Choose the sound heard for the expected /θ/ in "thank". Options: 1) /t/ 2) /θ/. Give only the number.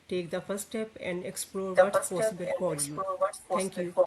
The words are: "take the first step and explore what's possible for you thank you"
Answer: 1